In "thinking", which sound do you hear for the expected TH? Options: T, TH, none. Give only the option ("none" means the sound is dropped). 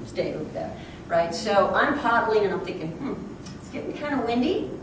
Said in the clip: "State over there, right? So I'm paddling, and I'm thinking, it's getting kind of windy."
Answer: TH